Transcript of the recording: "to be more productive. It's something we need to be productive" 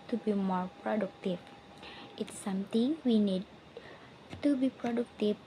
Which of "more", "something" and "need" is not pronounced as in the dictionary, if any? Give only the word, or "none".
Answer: something